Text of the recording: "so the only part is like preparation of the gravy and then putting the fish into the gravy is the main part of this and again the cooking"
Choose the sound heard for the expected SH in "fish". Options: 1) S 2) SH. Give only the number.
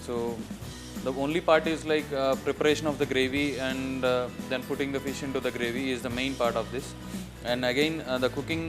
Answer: 2